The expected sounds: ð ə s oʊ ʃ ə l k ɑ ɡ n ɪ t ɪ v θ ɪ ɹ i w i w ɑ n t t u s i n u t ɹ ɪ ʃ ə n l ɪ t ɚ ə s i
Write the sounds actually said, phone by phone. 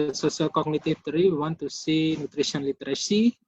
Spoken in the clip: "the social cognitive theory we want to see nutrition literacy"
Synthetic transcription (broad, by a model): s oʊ s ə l k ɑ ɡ n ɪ t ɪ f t ɹ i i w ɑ n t t u s i n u t ɹ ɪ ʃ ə n l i t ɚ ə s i